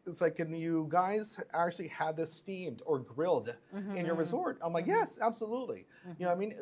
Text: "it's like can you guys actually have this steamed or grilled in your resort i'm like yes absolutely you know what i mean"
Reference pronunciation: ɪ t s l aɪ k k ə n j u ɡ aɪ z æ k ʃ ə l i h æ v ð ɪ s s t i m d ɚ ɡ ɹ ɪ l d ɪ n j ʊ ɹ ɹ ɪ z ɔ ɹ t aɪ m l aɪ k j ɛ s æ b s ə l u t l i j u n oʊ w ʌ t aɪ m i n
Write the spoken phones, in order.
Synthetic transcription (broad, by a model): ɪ t s l aɪ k k ə n j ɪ ɡ aɪ z æ k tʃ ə l i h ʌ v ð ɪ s s t i m d ɚ ɡ ɹ ɪ l d ɪ n j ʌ ɹ ɹ ɪ z ɔ ɹ t aɪ m l aɪ k j ɛ s æ b s ə l u t l i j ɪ n oʊ aɪ m i n